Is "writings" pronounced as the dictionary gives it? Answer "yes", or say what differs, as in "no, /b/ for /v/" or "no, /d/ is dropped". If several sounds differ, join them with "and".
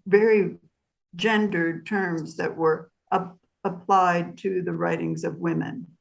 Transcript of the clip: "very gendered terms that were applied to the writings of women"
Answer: yes